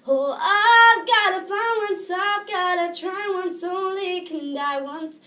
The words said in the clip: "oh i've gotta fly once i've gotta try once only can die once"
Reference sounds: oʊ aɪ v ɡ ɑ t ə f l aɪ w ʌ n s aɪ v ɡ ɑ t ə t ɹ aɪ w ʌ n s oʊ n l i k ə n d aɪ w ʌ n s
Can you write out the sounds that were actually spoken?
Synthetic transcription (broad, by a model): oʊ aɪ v ɡ ɑ t ə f aɪ w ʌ n s aɪ v ɡ ɑ t ə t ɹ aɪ w ʌ n s oʊ n l i k ə n d aɪ w ʌ n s